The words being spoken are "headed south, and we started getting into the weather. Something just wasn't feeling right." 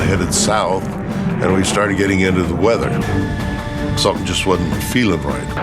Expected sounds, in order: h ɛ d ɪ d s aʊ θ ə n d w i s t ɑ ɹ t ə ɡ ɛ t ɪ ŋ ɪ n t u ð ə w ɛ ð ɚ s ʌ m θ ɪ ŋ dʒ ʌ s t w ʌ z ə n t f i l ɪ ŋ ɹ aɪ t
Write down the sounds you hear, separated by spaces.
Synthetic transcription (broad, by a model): h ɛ d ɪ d s aʊ θ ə n w i s t ɑ ɹ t ɡ ɛ t ɪ ŋ ɪ n t u ð ə w ɛ ð ɚ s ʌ dʒ ʌ s t w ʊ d n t f i l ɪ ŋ ɹ aɪ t